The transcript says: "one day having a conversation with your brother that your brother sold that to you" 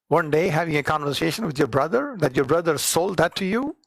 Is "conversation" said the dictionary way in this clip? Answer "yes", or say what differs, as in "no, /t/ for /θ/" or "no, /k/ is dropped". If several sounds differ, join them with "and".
yes